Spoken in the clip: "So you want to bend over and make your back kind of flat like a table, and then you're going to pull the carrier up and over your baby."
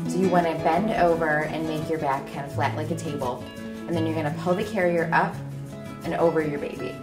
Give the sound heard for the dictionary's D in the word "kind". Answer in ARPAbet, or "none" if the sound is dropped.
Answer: none